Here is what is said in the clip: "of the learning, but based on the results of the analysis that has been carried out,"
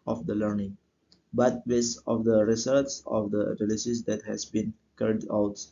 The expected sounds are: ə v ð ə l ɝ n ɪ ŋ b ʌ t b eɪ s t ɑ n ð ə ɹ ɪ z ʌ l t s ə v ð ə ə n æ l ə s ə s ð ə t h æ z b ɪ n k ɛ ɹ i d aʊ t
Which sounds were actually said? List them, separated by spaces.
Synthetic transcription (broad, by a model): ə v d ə l ɝ n ɪ ŋ b ʌ t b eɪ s ɑ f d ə ɹ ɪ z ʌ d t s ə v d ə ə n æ l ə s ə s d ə t h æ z b ɪ n k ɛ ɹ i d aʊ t